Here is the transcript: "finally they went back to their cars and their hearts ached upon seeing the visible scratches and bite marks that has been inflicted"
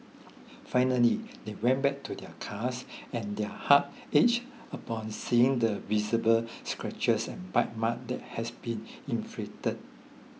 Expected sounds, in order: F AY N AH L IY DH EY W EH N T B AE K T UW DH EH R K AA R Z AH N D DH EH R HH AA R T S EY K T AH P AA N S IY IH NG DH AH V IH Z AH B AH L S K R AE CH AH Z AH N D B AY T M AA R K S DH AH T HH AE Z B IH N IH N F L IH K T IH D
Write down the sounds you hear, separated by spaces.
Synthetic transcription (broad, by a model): F AY N AH L IY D EY W EH N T B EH K T UW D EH K AA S AH N D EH HH AA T EY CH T AH P AA N S IY IH NG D AH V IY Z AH B AH L S K R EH CH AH S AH N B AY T M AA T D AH T HH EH S B IH N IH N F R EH T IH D